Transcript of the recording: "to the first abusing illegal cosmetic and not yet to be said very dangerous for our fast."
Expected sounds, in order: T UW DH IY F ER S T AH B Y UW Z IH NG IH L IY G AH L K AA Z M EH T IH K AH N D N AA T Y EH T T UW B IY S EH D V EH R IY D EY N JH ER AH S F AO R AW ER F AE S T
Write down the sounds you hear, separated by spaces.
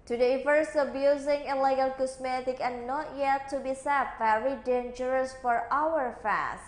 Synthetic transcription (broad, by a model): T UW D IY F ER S AH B Y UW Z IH NG IH L IY G AH L K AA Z M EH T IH K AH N N AA T Y EH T T UW B IY S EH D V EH R IY D EY N JH ER AH S F AO R AW ER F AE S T